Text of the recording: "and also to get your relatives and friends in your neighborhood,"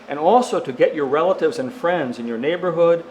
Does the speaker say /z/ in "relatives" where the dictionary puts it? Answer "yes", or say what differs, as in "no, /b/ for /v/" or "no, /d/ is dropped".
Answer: yes